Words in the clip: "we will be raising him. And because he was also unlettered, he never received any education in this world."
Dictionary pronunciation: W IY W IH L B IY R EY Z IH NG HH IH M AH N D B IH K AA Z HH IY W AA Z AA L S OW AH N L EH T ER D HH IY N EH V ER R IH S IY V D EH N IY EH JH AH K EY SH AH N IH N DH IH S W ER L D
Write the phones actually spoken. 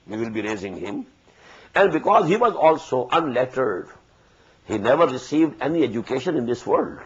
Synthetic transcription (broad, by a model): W IY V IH L B IY R EY Z IH NG HH IH M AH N D B IH K AA Z HH IY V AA Z AA L S OW AH N L EH T ER D HH IY N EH V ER R IH S IY V D EH N IY EH JH AH K EY SH AH N IH N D IH S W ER L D